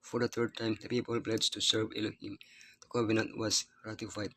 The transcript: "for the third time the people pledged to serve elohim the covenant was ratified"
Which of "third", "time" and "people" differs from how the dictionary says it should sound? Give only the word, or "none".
third